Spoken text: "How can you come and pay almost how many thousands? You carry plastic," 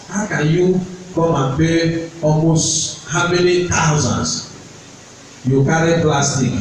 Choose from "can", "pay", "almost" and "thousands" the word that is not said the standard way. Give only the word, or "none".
thousands